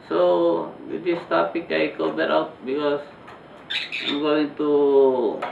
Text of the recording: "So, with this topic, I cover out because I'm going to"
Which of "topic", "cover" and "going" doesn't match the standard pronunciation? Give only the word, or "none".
cover